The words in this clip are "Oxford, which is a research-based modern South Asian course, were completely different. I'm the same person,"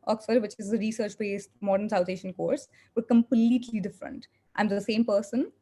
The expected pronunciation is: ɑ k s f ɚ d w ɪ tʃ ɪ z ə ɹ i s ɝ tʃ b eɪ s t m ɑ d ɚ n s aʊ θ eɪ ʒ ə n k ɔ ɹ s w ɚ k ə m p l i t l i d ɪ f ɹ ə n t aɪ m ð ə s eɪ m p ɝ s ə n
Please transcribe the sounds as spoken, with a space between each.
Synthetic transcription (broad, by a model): ɑ k s f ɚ d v ɪ tʃ ɪ z ə ɹ i s ɝ tʃ b eɪ s t m ɑ d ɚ n s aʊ t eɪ ʃ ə n k ɔ ɹ s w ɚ k ə m p l i t l i d ɪ f ɹ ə n t aɪ m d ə s eɪ m p ɝ s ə n